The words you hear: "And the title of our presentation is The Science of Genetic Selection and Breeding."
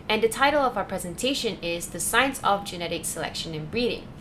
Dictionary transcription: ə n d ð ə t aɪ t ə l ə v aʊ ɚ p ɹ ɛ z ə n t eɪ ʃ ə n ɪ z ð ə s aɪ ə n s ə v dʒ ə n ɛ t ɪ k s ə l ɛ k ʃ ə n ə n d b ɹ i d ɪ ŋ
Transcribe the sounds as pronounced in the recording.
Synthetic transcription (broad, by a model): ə n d ð ə t aɪ t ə l ə v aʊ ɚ p ɹ ɛ z ə n t eɪ ʃ ə n ɪ z ð ə s aɪ ə n s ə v dʒ ə n ɛ t ɪ k s ə l ɛ k ʃ ə n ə n b ɹ i d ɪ ŋ